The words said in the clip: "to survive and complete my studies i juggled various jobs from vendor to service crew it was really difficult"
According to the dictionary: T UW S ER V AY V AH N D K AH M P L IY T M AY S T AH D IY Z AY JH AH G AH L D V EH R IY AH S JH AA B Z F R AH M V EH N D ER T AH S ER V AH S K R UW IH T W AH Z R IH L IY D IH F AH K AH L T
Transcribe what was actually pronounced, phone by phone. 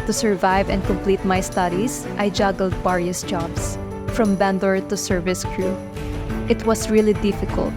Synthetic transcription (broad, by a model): T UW S ER V AY V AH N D K AH M P L IY T M AY S T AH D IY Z AY JH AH G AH L D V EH R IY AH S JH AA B S F R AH M B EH N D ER T AH S ER V AH S K R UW IH T W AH S R IH L IY D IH F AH K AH L T